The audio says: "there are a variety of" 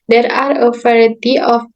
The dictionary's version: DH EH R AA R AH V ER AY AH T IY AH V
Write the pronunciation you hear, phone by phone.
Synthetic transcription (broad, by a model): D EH R AA R AH F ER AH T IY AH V